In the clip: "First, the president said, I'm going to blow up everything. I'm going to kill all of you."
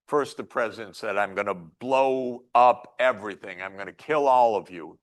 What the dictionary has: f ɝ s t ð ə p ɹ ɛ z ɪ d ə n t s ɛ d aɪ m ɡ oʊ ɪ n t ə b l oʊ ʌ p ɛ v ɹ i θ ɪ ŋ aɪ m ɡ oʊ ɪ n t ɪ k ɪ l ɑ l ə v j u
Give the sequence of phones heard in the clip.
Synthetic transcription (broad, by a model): f ɝ s t ð ə p ɹ ɛ z ɪ d ə n t s ɛ d aɪ m ɡ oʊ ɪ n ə b l oʊ ʌ p ɛ v ɹ i θ ɪ ŋ aɪ m ɡ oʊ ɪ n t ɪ k ɪ l ɑ l ə v j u